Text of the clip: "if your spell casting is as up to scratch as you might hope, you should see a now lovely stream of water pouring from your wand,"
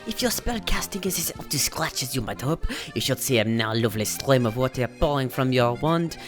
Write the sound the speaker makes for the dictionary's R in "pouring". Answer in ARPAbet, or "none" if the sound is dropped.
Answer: L